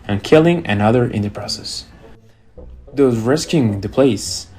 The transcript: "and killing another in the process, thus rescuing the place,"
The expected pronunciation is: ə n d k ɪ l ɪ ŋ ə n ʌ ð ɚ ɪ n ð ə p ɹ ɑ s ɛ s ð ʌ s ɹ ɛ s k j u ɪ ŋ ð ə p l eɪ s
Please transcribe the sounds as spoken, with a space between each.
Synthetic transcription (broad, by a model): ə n k ɪ l ɪ ŋ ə n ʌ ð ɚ ɪ n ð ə p ɹ ɑ s ɛ s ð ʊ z ɹ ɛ s k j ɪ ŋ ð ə p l eɪ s